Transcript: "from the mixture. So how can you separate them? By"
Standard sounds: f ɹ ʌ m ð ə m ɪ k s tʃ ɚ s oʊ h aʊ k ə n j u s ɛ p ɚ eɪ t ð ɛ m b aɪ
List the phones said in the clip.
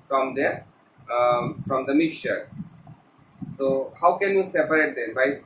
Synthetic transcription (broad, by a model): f ɹ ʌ m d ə m ɪ k s tʃ ɚ s oʊ h aʊ k ə n j u s ɛ p ɚ eɪ t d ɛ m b aɪ